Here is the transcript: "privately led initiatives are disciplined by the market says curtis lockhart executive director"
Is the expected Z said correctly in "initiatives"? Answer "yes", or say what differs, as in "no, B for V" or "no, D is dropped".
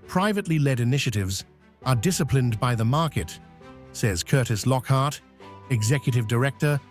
yes